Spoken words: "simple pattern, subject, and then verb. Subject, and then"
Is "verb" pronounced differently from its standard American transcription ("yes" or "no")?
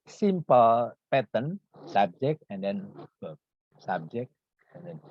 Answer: yes